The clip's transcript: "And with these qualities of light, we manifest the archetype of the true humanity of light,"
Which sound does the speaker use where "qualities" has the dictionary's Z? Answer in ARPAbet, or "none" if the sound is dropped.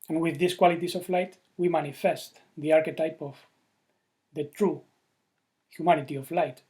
S